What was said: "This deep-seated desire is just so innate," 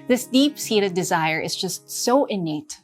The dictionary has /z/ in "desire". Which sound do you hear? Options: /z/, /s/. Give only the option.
/z/